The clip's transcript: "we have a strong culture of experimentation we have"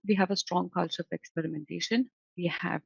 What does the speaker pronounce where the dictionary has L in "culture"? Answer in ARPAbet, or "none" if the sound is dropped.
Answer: L